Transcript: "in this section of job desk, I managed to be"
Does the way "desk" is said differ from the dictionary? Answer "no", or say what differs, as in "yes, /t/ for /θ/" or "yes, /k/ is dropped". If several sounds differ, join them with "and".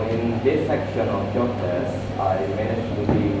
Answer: yes, /k/ is dropped